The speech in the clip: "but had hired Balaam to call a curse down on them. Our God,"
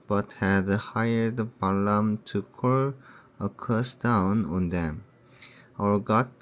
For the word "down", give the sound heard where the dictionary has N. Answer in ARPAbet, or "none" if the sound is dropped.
N